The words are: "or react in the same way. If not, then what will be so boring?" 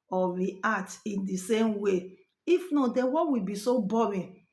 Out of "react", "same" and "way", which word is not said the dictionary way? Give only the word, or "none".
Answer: react